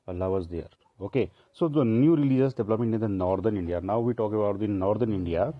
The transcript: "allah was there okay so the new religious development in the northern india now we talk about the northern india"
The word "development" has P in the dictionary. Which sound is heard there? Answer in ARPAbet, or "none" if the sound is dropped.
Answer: none